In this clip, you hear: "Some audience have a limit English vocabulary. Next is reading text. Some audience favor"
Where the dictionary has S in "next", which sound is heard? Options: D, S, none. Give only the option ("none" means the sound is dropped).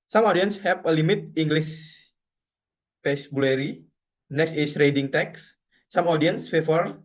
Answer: S